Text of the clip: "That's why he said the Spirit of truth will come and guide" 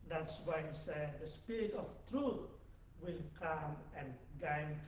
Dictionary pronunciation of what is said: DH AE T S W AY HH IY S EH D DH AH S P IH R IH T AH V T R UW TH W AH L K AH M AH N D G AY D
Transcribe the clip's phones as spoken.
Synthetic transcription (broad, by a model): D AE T S W AY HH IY S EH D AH S P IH R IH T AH F T R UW T W AH L K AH M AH N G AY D